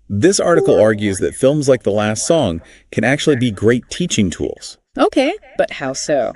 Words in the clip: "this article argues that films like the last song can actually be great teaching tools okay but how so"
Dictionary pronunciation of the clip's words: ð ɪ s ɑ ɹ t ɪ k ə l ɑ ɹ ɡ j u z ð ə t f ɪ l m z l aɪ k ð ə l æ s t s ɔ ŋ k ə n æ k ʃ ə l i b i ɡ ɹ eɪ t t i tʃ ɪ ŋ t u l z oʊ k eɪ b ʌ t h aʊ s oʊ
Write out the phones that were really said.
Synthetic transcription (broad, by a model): ð ɪ s ɑ ɹ t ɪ k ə l ɑ ɹ ɡ j u z ð ə t f ɪ l m z l aɪ k ð ə l æ s t s ɔ ŋ k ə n æ k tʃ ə l i b i ɡ ɹ eɪ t t i tʃ ɪ ŋ t u l z oʊ k eɪ b ʌ t h aʊ s oʊ